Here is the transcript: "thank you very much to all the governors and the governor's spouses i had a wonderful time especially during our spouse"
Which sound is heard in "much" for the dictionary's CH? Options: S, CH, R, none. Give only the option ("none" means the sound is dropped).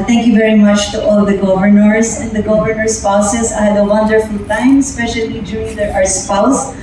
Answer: CH